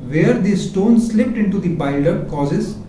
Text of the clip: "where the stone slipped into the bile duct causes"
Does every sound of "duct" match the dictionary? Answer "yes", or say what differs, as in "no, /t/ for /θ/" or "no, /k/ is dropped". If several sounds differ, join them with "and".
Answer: no, /k/ is dropped